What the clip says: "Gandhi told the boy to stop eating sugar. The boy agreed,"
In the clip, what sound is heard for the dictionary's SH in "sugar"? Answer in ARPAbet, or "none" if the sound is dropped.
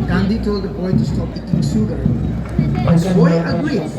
S